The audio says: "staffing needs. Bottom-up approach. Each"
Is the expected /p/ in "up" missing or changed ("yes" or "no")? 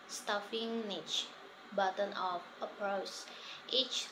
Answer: yes